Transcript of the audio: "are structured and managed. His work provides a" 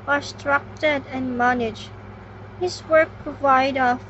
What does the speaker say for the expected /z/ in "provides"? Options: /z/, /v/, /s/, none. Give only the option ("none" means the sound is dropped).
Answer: none